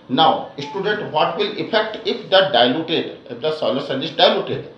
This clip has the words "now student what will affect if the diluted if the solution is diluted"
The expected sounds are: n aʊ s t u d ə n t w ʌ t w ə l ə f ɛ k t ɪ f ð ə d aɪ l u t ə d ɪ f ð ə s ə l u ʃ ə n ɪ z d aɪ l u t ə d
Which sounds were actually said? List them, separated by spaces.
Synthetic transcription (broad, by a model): n aʊ s t u d ə n t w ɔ t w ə l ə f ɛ k t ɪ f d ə d aɪ l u t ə d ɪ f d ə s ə l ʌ s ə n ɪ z d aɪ l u t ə d